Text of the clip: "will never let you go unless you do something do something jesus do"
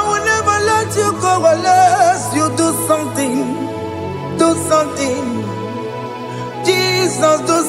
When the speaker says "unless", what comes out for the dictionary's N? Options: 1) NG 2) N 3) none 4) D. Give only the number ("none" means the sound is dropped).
3